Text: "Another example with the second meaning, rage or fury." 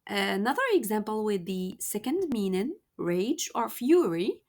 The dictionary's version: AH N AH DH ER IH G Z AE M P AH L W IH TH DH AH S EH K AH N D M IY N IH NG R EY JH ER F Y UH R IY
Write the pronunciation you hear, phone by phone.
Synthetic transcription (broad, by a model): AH N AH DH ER IH G Z AE M P AH L W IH DH AH S EH K AH N D M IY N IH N R EY JH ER F Y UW R IY